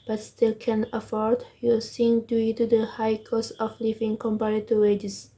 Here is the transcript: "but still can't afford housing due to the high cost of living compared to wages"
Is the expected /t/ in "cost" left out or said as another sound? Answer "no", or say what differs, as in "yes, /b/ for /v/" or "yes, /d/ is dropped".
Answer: yes, /t/ is dropped